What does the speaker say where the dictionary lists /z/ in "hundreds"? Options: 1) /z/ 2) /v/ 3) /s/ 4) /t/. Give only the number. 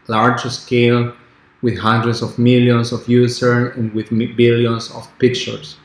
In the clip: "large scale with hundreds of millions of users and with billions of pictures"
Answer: 3